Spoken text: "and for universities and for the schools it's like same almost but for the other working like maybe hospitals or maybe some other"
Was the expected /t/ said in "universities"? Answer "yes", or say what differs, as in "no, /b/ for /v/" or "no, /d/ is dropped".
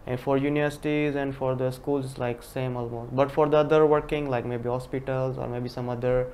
yes